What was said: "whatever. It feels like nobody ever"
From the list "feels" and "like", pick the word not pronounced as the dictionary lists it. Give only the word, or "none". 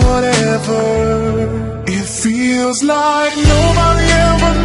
none